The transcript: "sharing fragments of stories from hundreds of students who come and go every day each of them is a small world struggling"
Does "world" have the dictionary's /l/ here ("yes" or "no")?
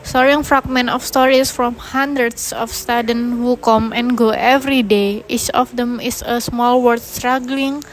no